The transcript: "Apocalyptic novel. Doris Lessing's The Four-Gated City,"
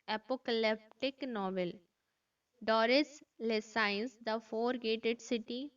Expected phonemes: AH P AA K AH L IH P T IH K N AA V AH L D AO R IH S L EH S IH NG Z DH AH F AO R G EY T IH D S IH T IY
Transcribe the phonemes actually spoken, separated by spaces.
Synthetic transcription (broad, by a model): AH P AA K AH L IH P T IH K N AA V AH L D AO R IH S L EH S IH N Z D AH F AO R G EY T IH D S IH T IY